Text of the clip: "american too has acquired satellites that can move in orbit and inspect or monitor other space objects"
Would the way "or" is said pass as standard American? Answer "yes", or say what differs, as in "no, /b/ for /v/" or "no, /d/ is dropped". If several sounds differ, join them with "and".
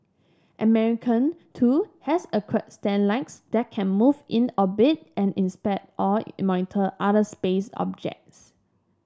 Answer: no, /l/ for /ɹ/